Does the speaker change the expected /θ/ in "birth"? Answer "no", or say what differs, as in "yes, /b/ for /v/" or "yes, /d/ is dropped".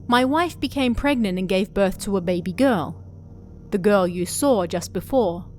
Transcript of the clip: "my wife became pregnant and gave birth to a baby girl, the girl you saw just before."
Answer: no